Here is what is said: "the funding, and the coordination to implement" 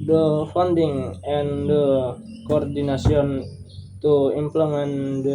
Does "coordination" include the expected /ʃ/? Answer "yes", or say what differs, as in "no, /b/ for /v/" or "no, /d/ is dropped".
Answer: no, /s/ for /ʃ/